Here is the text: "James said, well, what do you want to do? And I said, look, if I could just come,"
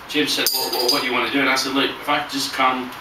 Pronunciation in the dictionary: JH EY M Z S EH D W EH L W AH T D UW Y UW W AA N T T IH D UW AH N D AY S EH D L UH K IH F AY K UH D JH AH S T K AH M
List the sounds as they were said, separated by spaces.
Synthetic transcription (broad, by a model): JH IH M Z S EH D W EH W W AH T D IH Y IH W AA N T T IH D UW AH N AY S EH D L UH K IH F AY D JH AH S K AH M